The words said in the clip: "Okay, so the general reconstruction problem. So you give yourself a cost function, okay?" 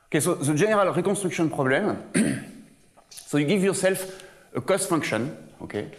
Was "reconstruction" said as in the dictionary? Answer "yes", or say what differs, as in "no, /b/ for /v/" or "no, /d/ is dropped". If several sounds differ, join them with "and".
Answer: no, /n/ is dropped and /s/ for /ʃ/